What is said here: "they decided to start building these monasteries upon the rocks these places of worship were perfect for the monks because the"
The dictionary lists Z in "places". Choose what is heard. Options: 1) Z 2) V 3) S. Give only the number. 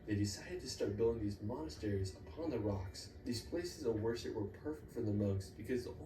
1